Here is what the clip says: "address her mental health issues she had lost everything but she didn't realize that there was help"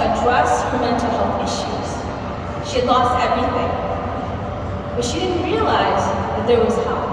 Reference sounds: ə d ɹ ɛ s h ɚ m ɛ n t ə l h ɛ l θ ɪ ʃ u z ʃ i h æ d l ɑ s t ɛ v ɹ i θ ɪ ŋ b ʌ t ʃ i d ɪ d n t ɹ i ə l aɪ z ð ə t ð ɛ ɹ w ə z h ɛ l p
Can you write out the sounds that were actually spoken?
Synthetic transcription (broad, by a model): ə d ɹ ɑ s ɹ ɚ m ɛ n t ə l h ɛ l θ ɪ ʃ u z ʃ i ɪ d l ɑ s t ɛ v ɹ i θ ɪ ŋ b ʌ t ʃ i d ɪ d n t ɹ i ə l aɪ z ð ə t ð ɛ ɹ w ə z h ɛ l